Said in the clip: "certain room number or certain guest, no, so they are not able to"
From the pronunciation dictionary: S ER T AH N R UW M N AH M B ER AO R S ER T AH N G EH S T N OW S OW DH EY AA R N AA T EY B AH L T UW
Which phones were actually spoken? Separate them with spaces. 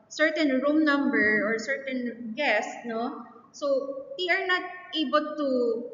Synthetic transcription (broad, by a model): S ER T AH N R UW M N AH M B ER AO R S ER T AH N G EH S T N OW S OW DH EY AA R N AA T EY B AH L T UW